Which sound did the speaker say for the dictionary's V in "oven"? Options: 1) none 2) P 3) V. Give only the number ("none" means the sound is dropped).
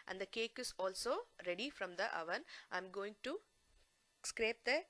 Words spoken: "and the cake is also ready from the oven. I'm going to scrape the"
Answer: 3